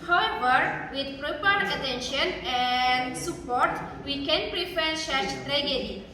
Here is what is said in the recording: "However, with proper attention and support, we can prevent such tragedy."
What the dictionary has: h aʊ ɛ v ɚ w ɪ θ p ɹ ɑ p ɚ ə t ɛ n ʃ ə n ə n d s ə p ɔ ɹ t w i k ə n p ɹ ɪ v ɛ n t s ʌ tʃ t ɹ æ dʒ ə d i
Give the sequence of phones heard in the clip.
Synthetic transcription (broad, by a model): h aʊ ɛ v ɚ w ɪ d p ɹ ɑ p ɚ ə t ɛ n ʃ ə n ə n d s ə p ɔ ɹ t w i k ə n p ɹ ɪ f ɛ t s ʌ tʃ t ɹ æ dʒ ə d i